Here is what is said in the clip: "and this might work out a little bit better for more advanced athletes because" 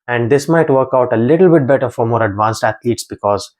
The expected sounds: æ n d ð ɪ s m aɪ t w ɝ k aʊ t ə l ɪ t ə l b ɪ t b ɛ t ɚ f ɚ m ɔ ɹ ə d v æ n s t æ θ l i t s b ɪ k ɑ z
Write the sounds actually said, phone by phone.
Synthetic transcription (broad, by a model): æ n d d ɪ s m aɪ t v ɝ k aʊ t ə l ɪ t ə l b ɪ t b ɛ t ɚ f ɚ m ɔ ɹ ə d v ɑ n s t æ t l i t s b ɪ k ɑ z